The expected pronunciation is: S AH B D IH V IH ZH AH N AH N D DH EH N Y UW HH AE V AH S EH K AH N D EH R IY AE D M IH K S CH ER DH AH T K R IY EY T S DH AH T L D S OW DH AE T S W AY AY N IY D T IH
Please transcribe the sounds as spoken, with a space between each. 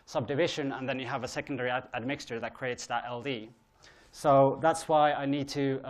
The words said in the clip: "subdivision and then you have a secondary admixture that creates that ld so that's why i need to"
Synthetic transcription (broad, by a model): S AH B D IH V IH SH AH N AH N DH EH N Y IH V AH S EH K AH N D EH R IY AE D M IH K S CH ER DH AH T K R IY EY T S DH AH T L D S OW DH AE T S W AY AY N IY D T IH